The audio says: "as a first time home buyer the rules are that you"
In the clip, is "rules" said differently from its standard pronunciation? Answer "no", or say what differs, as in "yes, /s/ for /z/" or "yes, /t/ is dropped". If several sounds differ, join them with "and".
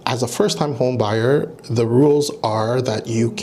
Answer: no